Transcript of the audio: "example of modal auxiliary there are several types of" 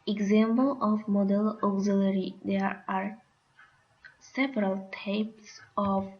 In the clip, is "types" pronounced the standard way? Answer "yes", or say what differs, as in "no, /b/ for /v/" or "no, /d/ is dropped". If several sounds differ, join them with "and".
yes